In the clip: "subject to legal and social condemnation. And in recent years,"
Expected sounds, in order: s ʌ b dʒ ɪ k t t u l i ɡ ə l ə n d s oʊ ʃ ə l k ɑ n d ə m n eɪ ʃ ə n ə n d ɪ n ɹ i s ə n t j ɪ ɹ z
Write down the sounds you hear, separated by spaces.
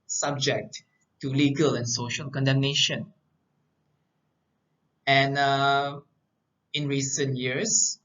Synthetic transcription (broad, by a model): s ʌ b dʒ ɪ k t t u l i ɡ ə l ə n s oʊ ʃ ə l k ɑ n d ə m n eɪ ʃ ə n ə n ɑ ɪ n ɹ i s ə n t j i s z